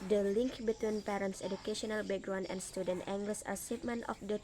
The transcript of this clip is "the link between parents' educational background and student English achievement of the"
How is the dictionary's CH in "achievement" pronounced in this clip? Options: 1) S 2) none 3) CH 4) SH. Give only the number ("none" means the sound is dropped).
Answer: 1